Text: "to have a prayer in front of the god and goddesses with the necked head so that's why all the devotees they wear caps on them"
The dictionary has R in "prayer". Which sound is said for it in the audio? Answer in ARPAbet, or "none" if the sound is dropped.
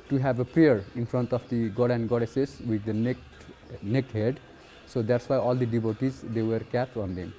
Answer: R